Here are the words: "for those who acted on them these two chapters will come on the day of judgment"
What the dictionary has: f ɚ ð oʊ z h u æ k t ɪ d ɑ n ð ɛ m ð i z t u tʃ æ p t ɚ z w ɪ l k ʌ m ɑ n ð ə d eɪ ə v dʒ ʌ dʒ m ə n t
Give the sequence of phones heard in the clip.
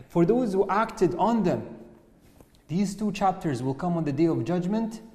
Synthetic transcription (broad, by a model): f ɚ ð oʊ z h u æ k t ɪ d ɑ n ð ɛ m ð i z t u tʃ æ p t ɚ z w ɪ l k ʌ m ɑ n ð ə d eɪ ə v dʒ ʌ dʒ m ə n t